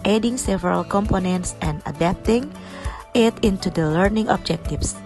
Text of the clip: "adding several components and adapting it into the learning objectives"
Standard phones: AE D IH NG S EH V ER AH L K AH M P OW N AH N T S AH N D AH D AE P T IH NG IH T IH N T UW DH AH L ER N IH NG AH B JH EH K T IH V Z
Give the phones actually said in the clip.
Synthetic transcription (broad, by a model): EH D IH NG S EH V ER AH L K AH M P OW N AH N T S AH N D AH D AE P T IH NG IH T IH N T UW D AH L ER N IH NG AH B JH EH K T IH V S